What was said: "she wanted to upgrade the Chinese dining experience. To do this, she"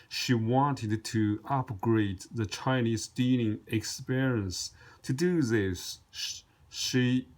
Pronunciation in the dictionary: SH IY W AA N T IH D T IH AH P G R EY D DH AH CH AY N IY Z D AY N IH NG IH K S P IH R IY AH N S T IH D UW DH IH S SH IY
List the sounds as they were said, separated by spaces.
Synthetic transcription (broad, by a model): SH IY W AA N T IH D T IH AH P G R EY D DH AH CH AY N IY Z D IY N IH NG IH K S P IH R IY AH N S T IH D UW DH IH S SH IY